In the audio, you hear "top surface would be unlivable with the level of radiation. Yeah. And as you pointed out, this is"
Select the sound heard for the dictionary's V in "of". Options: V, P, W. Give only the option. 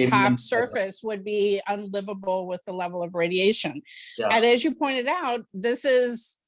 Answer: V